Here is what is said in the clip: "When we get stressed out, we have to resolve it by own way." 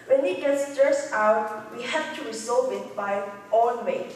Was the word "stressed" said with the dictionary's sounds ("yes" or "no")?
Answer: no